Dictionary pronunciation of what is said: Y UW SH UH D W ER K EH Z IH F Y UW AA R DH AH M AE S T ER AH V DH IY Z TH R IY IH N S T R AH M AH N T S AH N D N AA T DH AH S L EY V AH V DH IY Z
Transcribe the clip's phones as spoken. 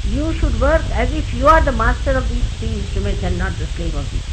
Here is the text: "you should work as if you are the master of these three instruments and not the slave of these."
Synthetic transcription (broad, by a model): Y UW SH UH D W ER K EH Z IH F Y UW AA R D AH M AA S T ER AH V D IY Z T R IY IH N S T R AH M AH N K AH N N AA T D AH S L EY AH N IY